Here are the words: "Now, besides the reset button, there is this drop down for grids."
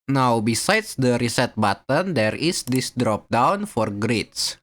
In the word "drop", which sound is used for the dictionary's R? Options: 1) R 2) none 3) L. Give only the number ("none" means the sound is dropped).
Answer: 1